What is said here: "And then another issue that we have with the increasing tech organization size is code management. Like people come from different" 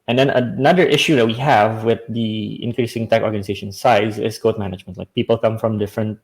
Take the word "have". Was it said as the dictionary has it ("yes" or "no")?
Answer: yes